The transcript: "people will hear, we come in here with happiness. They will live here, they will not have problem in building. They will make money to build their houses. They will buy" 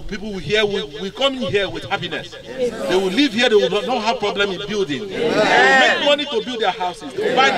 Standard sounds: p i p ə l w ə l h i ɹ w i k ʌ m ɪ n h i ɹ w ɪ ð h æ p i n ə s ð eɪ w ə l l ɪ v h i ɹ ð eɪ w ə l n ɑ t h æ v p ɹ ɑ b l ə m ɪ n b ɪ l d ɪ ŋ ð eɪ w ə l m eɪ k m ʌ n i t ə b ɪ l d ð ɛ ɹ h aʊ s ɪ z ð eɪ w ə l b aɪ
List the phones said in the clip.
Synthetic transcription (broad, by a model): p i p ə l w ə h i w w i k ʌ m ɪ n h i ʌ w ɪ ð h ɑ p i n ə s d eɪ w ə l l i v h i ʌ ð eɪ w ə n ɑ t h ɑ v p ɹ ɑ b l ə m ɪ n b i l d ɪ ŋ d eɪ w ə m eɪ k m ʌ n i t ə b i l d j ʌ h aʊ s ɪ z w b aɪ